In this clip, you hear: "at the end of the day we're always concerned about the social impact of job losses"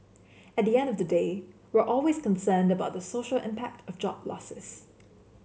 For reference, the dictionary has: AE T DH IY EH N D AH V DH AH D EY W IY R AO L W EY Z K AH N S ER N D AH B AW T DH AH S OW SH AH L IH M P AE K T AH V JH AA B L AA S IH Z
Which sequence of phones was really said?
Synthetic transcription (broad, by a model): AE T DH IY EH N D AH V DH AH D EY W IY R AO L W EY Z K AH N S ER N D AH B AW T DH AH S OW SH AH L IH M P AE K T AH V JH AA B L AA S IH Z